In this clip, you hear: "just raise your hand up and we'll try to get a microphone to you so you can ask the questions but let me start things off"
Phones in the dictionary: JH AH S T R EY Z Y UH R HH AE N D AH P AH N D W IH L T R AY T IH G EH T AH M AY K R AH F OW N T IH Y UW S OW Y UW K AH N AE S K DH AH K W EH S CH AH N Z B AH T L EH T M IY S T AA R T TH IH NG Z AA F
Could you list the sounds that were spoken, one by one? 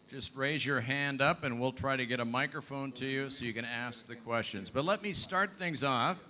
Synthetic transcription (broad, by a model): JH AH S T R EY Z Y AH R HH AE N D AH P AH N W IH L T R AY T IH G EH T AH M AY K R AH F OW N T IH Y UW S OW Y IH K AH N AE S K DH AH K W EH S CH AH N Z B AH T L EH T M IY S T AA R T TH IH NG Z AA F